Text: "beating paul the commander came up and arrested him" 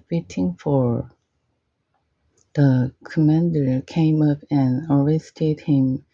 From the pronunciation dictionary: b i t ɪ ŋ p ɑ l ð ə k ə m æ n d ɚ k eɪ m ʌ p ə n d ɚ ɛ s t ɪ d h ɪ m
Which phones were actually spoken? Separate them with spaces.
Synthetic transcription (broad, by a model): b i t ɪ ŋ f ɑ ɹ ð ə k ə m æ n d ɚ k eɪ m ʌ p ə n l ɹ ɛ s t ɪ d h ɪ m